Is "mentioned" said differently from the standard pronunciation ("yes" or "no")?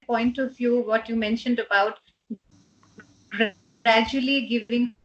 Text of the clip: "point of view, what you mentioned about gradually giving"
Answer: no